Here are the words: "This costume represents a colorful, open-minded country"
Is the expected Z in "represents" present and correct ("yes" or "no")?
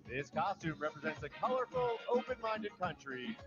yes